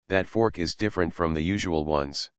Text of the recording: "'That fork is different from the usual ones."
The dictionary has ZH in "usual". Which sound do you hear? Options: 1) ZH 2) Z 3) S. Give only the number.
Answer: 1